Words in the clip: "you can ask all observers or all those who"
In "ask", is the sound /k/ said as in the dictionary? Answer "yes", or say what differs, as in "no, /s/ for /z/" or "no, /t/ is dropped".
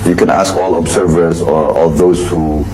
yes